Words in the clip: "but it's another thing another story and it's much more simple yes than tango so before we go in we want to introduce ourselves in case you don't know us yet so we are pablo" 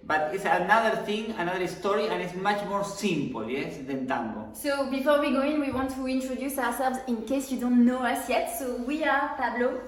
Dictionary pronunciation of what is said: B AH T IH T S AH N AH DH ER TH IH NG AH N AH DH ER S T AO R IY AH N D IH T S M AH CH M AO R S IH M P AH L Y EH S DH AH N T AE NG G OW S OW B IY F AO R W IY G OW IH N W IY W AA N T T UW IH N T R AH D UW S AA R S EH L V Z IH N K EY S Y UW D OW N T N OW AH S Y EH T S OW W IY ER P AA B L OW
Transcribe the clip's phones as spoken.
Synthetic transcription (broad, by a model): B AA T IH T S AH N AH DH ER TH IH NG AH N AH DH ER S T AO R IY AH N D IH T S M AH CH M AO R S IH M P L Y EH S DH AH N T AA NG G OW S OW B IY F AO R W IY G OW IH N W IY W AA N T T UW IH N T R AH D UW S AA R S EH L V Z IH N K EY S Y UW D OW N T N OW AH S Y EH T S OW W IY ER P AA B L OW